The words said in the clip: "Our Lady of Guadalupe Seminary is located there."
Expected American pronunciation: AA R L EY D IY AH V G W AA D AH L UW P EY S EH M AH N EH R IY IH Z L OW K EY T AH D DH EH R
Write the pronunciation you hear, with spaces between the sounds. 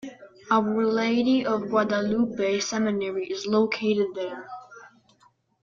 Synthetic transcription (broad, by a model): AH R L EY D IY AH V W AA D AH L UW B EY S EH M AH N EH R IY IH Z L OW K EY T AH D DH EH R